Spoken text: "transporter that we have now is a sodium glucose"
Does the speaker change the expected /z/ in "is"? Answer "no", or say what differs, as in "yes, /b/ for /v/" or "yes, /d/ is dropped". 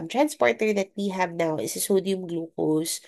yes, /s/ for /z/